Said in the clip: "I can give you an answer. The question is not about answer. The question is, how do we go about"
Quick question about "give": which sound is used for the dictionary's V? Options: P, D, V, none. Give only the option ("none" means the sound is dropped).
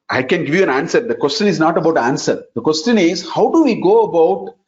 V